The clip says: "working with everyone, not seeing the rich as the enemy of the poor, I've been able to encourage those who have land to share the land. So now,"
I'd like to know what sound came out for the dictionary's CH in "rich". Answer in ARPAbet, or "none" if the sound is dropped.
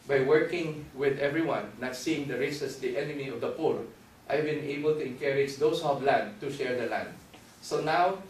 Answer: S